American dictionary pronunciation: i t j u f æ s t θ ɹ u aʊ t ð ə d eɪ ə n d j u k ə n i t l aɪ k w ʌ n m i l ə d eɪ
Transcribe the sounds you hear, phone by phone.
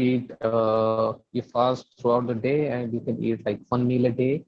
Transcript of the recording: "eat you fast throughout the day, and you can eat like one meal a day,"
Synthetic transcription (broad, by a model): i t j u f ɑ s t t ɹ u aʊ t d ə d eɪ ə n d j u k ə n i t l aɪ k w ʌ n m i l ə d eɪ